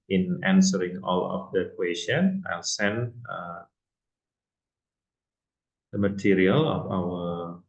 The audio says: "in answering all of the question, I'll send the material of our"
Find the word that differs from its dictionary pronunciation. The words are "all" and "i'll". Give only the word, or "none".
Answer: none